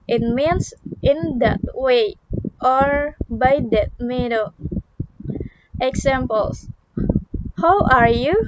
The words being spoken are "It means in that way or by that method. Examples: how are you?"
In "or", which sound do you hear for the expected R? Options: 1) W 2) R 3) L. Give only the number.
2